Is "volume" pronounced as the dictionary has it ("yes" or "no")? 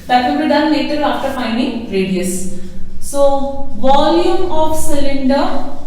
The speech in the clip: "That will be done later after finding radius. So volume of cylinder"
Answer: yes